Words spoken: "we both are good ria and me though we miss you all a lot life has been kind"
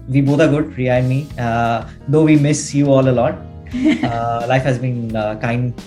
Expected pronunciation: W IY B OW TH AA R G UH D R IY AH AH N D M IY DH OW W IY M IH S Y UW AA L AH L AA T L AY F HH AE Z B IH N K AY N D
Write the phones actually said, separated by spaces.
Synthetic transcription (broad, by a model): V IY B OW T AA R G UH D R IY AH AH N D M IY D OW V IY M IH S Y UW AA L AH L AA T L AY F HH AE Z B IH N K AY N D